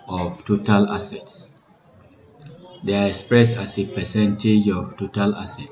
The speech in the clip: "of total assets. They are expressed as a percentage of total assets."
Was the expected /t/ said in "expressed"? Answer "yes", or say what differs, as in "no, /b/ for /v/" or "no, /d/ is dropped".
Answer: no, /t/ is dropped